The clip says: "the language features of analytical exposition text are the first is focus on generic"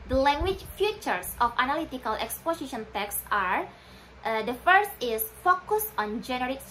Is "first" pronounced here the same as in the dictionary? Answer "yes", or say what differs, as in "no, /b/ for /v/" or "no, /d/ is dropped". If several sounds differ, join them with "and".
yes